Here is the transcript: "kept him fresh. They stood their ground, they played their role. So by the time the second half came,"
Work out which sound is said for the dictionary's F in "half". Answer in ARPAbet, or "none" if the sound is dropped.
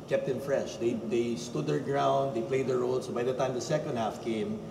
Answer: F